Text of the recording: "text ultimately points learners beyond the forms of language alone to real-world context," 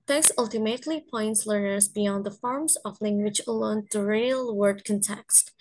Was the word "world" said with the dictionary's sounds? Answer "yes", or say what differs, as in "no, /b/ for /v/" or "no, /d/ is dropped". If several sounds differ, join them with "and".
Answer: no, /l/ is dropped